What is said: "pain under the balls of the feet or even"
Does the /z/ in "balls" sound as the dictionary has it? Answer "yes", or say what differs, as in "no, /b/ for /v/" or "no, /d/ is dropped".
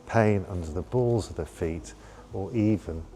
yes